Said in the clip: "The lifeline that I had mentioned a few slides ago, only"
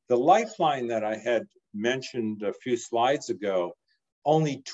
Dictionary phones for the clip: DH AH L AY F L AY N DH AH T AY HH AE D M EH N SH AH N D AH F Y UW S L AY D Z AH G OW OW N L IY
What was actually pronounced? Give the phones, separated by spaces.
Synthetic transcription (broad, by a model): DH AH L AY F L AY N DH AH T AY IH D M EH N SH AH N D AH F Y UW S L AY D Z AH G OW OW N L IY